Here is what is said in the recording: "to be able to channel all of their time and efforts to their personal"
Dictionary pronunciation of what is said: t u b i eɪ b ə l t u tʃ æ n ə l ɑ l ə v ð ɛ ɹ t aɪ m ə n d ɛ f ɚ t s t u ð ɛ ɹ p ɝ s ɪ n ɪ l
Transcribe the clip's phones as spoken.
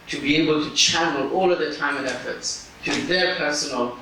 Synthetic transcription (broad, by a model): t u b i eɪ b ə l t u tʃ æ n ə l ɑ l ə v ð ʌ t aɪ m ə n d ɛ f ɚ t s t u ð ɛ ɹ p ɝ s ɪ n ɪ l